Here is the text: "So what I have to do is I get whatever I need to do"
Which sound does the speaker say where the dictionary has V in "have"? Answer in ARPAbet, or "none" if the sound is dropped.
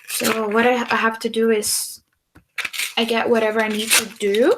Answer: F